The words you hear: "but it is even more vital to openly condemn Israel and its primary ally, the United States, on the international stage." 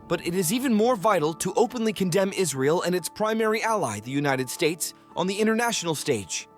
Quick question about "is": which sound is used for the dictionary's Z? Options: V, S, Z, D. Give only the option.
Z